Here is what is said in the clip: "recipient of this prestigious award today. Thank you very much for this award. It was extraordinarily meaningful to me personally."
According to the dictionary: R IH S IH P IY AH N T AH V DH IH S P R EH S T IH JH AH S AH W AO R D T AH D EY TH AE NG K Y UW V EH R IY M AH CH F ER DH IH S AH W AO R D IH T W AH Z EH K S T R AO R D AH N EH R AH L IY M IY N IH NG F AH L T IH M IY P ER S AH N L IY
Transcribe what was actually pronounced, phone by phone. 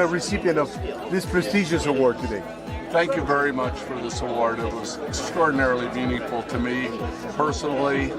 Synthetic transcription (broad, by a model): R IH S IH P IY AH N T AH V DH IH S P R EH S T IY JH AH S AH W AO R D T AH D EY TH AE NG K Y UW V EH R IY M AH CH F ER DH IH S AH W AO R D IH T W AH Z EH K S T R AO R D N EH R L IY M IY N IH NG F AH L T IH M IY P ER S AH N L IY